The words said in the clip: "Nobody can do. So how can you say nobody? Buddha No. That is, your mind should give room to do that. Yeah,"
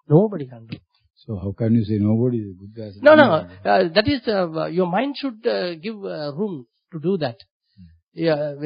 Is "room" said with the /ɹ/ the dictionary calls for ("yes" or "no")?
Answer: yes